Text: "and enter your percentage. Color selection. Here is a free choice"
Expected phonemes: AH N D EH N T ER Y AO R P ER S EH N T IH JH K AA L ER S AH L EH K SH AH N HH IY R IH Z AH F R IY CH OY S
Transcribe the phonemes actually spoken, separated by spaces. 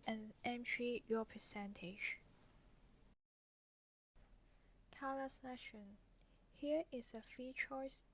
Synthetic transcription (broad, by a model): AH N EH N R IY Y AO P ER S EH N T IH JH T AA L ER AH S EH SH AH N HH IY R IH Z AH F R IY CH OY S